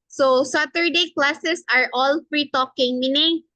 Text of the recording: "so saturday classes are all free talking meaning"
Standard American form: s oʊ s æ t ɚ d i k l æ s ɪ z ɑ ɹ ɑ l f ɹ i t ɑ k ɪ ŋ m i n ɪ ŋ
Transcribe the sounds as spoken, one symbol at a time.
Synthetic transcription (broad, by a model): s oʊ s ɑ t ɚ d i k l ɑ s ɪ s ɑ ɹ ɑ l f ɹ i t ɑ k ɪ ŋ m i n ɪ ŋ